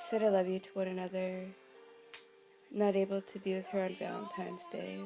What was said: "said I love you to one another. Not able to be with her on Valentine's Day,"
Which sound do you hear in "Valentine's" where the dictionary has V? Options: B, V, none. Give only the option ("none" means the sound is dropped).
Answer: B